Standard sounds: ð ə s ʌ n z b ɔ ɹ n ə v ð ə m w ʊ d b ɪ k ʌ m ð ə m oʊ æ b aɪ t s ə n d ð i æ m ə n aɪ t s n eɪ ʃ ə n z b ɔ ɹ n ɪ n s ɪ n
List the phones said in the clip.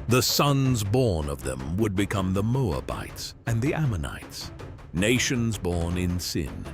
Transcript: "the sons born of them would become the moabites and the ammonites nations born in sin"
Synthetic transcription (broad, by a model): ð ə s ʌ n z b ɔ ɹ n ə v ð ə m w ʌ d b ɪ k ʌ m ð ə m oʊ æ b aɪ t s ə n ð i æ m ə n aɪ t s n eɪ ʃ ə n z b ɔ ɹ n ɪ n s ɪ n